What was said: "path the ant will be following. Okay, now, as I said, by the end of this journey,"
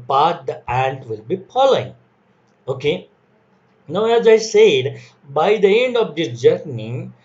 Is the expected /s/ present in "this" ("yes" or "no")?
no